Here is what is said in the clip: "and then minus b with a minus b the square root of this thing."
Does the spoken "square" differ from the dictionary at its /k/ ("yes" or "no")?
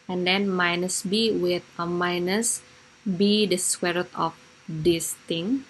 yes